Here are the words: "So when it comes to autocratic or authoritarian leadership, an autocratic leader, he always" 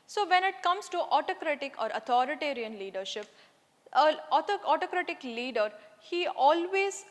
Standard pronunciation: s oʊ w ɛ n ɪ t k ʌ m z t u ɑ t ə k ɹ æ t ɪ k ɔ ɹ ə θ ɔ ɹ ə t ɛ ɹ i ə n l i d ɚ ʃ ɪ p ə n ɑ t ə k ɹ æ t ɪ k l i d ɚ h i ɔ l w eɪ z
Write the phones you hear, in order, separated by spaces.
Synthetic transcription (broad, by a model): s oʊ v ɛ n ɪ t k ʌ m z t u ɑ t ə k ɹ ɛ t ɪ k ɔ ɹ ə t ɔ ɹ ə t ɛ ɹ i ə n l i d ɚ ʃ ɪ p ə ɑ t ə k ɹ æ t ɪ k l i d ɚ h i ɔ l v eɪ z